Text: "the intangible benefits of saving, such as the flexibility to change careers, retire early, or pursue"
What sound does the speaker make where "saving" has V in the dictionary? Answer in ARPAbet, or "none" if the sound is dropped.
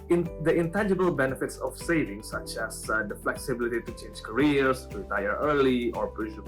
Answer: V